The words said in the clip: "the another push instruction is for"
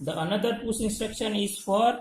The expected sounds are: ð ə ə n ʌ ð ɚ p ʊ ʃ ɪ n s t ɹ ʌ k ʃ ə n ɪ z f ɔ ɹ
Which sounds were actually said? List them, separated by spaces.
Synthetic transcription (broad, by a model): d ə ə n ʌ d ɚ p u s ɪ n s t ɹ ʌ k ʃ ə n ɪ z f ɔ ɹ